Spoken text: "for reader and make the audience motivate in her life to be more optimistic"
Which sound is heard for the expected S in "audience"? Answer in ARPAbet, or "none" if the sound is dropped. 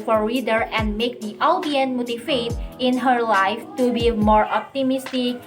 none